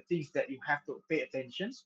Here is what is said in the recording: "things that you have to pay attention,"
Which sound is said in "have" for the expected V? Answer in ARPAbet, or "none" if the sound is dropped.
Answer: F